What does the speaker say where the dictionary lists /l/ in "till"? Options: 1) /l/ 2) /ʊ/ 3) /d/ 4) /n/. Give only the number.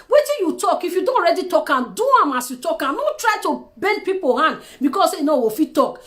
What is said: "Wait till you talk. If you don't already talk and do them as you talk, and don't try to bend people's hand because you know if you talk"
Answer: 4